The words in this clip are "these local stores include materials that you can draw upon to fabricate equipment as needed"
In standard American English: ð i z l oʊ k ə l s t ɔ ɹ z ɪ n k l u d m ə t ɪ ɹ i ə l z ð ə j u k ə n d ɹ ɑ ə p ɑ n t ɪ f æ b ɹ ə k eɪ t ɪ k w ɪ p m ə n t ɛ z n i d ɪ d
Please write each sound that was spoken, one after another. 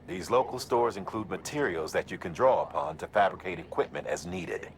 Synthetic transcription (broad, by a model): ð i z l oʊ k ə l s t ɔ ɹ z ɪ n k l u d m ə t ɪ ɹ i l z ð ə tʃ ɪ k ə n d ɹ ɑ ə p ɑ n t ɪ f æ b ɹ ə k eɪ t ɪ k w ɪ p m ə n t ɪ z n i d ɪ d